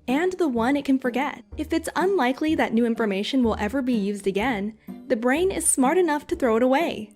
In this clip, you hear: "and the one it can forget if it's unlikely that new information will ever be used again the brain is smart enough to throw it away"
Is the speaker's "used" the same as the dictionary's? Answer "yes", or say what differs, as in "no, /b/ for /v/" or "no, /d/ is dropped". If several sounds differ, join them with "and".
yes